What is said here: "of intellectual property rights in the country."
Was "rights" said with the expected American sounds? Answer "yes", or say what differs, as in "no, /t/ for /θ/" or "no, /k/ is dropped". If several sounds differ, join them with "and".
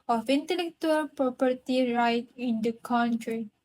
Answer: no, /s/ is dropped